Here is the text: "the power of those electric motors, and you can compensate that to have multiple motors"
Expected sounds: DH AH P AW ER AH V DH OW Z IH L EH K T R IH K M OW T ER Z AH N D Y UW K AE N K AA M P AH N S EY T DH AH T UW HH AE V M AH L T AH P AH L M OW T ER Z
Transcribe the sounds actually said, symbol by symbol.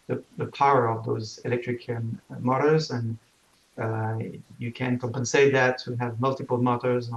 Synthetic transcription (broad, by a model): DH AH P AW ER AH V DH OW Z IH L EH K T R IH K M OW T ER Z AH N Y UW K AE N K AA M P AH N S EY T DH AH T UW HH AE V M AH L T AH P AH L M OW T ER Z